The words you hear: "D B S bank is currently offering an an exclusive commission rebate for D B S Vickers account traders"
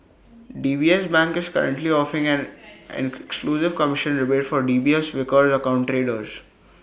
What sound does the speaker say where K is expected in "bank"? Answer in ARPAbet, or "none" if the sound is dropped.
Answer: K